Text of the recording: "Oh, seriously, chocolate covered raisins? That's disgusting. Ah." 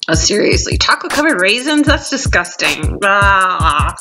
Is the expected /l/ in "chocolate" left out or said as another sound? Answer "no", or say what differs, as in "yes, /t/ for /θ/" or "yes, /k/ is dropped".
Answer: yes, /w/ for /l/